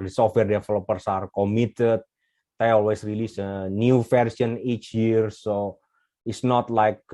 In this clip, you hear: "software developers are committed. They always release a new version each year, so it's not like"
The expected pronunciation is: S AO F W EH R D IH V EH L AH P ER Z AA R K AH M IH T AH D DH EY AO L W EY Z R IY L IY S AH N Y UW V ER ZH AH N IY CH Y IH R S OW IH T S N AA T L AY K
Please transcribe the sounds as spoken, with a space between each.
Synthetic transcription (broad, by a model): S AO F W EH R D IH F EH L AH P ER S AA R K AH M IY T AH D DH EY AO L W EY S R IY L IY S AH N Y UW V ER S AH N IY CH Y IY R S OW IH T S N AA T L AY K